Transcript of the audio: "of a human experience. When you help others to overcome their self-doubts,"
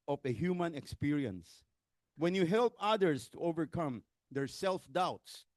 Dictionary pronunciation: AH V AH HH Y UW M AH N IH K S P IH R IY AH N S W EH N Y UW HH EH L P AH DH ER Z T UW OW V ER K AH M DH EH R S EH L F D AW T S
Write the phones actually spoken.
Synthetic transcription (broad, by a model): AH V AH HH Y UW M AH N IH K S P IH R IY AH N S W EH N Y UW HH EH L P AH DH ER S T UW OW V ER K AH M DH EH R S EH L F D AW T S